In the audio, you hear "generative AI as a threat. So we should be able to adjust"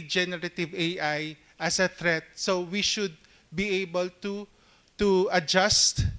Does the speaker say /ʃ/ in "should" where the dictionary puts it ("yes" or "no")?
yes